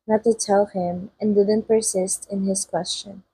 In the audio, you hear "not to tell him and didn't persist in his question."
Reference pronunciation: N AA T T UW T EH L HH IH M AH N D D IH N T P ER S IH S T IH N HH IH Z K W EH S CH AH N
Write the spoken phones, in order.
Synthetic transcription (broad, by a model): N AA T T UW T EH L HH IH M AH N D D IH N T P ER S IH S T IH N HH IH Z K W EH S CH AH N